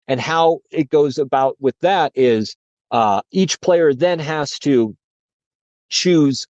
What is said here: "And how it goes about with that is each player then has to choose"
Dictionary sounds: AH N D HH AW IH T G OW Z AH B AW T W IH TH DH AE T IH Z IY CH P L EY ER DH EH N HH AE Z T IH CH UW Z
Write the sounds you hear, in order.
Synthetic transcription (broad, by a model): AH N HH AW IH T G OW Z AH B AW T W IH DH AE T IH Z IY CH P L EY ER DH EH N HH AE Z T IH CH UW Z